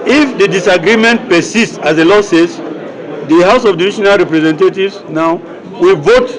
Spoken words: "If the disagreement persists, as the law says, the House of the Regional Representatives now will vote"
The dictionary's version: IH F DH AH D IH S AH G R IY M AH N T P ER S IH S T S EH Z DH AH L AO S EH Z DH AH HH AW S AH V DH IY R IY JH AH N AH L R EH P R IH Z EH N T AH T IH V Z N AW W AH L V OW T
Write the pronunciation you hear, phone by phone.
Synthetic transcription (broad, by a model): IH F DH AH D IH S AH G R IY M AH N T P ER S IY S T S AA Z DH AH L AO S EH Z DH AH HH AW S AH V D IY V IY SH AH N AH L R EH P R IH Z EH N T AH T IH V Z N AW W AH L V OW T